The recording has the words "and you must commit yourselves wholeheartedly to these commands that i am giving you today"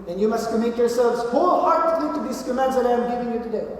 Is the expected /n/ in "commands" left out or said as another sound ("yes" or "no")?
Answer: yes